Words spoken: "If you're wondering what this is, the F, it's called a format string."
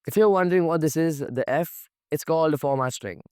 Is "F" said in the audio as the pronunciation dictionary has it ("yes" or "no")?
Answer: yes